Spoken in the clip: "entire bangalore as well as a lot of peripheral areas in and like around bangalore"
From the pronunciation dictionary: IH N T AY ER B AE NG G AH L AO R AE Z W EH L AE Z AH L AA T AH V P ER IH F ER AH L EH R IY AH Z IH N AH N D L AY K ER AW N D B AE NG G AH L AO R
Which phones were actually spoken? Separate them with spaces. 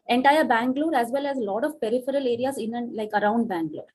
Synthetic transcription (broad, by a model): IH N T AY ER B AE NG G L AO R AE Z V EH L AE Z L AA T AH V P ER IH F ER AH L EH R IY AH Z IH N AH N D L AY K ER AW N D B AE NG G L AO R